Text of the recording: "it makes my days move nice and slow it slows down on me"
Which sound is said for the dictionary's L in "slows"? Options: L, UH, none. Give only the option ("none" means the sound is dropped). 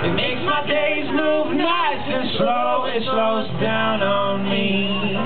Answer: L